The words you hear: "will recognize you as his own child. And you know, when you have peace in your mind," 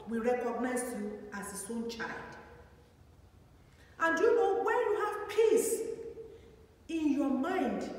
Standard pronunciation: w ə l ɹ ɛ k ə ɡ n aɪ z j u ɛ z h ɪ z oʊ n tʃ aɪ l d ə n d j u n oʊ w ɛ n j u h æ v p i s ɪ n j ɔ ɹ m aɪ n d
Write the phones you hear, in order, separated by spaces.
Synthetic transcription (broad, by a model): w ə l ɹ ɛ k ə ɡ n aɪ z j u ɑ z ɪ s oʊ n tʃ aɪ l d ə n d j u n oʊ w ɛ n j u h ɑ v p i s ɪ n j ɔ m aɪ n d